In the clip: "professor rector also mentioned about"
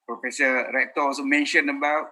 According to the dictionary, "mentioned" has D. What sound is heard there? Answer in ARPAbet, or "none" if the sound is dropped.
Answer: none